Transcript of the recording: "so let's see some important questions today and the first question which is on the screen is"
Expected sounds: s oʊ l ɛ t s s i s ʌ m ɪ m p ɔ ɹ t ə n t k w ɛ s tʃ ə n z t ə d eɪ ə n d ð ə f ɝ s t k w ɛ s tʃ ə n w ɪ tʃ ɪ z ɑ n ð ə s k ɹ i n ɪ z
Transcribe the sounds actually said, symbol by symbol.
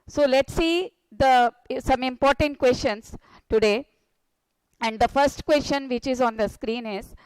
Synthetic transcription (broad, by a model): s oʊ l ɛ t s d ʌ s ʌ m ɪ m p ɔ ɹ t ə n t k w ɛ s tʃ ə n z t ə d eɪ ə n d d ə f ɝ s t k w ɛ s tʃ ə n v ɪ tʃ ɪ z ɑ n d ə s k ɹ i n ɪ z